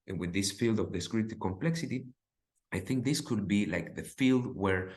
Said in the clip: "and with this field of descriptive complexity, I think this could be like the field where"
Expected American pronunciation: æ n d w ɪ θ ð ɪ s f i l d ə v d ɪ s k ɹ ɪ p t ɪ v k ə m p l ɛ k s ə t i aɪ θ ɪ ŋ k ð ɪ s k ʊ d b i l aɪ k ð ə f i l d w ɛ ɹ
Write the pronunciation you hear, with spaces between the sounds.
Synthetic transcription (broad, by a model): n w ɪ ð ɪ s f i l d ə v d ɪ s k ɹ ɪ t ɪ k ə m p l ɛ k s ə t i aɪ θ ɪ ŋ k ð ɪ s k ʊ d b i l aɪ k ð ə f i l d w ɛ ɹ